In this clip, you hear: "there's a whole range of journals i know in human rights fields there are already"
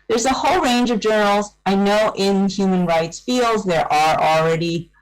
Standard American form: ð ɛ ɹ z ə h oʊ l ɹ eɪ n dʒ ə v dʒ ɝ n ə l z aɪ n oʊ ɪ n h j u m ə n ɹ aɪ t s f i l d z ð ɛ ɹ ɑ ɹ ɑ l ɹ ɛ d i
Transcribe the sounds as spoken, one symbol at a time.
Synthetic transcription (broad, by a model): ð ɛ ɹ z ə h oʊ l ɹ eɪ n dʒ ə v dʒ ɝ n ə l z aɪ n oʊ ɪ n h j u m ə n ɹ aɪ t s f i l d z ð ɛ ɹ ɑ ɹ l ɹ ɛ d i